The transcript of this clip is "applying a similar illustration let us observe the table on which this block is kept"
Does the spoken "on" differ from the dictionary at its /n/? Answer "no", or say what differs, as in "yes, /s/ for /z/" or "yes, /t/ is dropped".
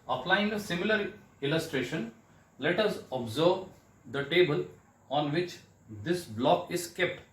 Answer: no